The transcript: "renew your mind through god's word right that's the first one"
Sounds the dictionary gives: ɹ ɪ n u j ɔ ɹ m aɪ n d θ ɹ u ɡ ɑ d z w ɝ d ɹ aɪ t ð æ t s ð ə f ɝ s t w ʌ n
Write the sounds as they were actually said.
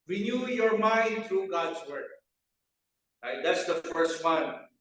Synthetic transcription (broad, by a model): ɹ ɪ n u j ɔ ɹ m aɪ n d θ ɹ u ɡ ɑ d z w ɝ d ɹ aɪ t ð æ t s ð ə f ɝ s t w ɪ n